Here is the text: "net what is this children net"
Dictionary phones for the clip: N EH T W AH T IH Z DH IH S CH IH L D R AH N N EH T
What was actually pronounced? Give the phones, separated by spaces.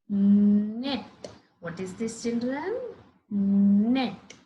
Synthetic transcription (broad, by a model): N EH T W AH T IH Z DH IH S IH N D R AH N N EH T